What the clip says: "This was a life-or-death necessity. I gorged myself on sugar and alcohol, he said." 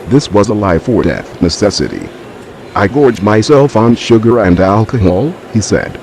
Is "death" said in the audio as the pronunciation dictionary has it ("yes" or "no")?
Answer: yes